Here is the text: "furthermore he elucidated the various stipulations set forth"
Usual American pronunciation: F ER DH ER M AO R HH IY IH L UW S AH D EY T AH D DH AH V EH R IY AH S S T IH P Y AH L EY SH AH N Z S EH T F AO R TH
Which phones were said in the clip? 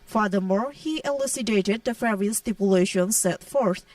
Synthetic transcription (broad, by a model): F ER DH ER M AO R HH IY IH L UW S AH D EY T AH D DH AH F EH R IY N S T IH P Y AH L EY SH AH N S EH T F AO R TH